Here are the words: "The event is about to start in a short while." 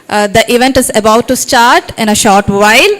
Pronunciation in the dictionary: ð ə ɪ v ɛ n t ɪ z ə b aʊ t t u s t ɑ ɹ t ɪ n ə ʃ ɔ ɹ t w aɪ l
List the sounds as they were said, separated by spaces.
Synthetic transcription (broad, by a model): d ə ɪ v ɛ n t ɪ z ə b aʊ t t u s t ɑ ɹ t ɪ n ə ʃ ɔ ɹ t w aɪ l